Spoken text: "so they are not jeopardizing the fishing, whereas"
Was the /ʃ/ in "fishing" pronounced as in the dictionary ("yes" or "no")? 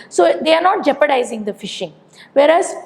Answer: yes